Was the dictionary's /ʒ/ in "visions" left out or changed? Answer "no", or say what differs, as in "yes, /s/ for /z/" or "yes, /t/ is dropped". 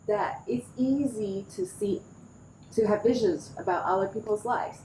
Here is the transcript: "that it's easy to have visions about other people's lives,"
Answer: no